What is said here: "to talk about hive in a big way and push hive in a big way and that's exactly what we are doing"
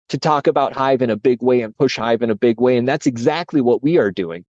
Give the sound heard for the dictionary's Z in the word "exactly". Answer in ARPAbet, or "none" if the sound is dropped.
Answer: Z